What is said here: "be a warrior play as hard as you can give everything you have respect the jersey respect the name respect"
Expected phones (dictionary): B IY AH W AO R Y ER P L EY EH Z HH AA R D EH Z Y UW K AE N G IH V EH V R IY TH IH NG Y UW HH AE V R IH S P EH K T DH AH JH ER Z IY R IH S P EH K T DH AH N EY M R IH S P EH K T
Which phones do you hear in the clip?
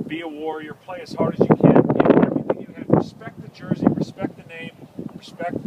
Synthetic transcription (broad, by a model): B IY AH W AO R Y ER P L EY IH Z HH AA R D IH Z Y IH K AE N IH EH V R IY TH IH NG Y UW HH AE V R IH S P EH K T DH AH JH ER Z IY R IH S P EH K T DH AH N EY M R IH S P EH K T